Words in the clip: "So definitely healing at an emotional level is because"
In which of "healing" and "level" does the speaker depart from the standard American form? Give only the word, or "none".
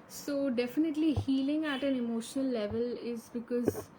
none